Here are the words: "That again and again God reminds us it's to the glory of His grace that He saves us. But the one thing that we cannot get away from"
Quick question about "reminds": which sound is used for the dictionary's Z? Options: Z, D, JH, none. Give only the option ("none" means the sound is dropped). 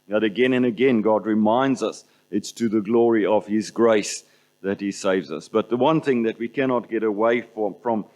Z